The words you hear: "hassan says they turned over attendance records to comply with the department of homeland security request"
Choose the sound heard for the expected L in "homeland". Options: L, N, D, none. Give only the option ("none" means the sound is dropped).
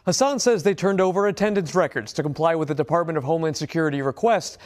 none